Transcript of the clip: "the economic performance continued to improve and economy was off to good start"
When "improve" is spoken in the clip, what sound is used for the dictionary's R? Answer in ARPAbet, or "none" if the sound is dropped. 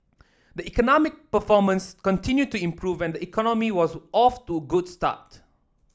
R